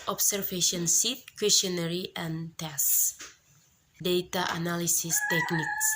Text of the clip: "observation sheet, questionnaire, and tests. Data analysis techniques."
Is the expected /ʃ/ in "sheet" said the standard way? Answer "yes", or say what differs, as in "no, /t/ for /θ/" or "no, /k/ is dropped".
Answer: no, /s/ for /ʃ/